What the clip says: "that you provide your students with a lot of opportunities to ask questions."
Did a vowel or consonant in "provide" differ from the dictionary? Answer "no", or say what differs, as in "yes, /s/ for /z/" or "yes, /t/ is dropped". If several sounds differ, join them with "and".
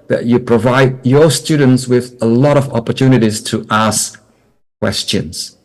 no